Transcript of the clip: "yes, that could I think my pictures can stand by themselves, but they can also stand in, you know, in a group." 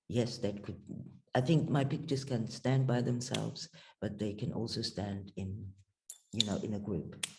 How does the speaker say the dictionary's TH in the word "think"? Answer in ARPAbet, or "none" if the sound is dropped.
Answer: TH